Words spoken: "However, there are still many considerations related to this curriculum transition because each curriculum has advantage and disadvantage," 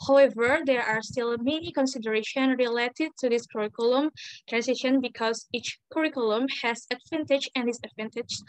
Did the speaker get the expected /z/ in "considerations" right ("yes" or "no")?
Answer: no